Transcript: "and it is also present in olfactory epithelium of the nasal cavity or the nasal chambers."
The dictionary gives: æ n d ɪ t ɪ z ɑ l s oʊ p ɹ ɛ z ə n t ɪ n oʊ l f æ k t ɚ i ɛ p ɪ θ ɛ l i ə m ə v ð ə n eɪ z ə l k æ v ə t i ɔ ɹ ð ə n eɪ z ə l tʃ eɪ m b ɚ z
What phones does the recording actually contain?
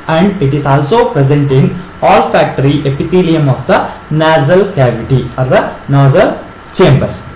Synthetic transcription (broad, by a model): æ n d ɪ t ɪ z ɑ l s oʊ p ɹ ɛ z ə n t ɪ n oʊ l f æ k t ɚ i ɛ p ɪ t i l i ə m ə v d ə n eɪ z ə l k æ v ə t i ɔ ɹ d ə n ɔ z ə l tʃ eɪ m b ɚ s